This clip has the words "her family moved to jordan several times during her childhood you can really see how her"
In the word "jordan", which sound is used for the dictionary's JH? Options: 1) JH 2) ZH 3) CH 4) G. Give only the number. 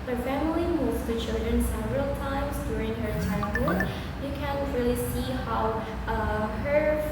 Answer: 3